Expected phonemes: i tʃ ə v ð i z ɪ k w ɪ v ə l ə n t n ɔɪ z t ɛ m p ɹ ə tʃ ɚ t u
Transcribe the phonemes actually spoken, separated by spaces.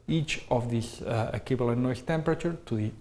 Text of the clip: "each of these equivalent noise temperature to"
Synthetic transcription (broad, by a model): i tʃ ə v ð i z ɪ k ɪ b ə l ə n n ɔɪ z t ɛ m p ɹ ə tʃ ɚ t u